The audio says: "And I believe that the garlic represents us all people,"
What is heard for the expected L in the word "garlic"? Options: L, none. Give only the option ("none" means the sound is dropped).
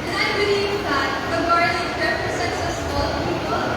none